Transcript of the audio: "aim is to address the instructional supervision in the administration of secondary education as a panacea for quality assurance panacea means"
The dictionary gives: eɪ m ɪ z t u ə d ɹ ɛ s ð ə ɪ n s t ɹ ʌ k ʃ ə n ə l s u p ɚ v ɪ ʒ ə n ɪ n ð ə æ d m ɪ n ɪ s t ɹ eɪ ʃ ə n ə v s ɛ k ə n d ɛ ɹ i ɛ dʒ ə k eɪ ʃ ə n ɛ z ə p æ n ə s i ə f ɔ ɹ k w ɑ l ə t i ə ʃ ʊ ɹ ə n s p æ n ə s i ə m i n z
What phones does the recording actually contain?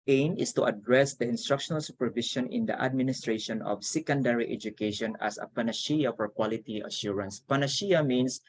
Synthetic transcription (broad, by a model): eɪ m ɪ s t u ə d ɹ ɛ s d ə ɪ n s t ɹ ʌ k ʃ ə n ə l s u p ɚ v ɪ ʃ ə n ɪ n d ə æ d m ɪ n ɪ s t ɹ eɪ ʃ ə n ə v s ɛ k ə n d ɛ ɹ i ɛ dʒ ə k eɪ ʃ ə n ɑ s ə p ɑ n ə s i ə f ɔ ɹ k w ɑ l ə t i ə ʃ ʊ ɹ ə n s p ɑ n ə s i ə m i n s